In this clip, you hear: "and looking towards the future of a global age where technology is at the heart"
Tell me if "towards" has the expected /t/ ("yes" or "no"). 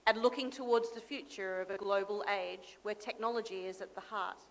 yes